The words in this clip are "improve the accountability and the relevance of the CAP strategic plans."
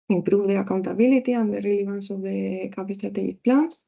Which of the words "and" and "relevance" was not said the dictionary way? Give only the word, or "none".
relevance